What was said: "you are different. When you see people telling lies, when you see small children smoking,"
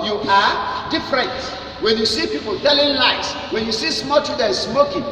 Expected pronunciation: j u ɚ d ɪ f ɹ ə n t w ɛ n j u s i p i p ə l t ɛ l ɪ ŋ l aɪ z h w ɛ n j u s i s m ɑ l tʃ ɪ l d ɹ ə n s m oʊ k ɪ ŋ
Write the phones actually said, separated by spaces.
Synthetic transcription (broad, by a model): j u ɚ d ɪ f ɹ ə n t w ɛ n j u s i p i p ə l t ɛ l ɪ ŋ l aɪ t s w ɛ n j u s i s m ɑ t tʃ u d ə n s m oʊ k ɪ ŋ